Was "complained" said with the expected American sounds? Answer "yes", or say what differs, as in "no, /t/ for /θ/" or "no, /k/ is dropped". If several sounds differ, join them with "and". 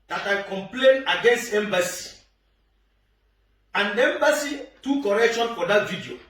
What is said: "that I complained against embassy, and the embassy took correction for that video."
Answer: no, /d/ is dropped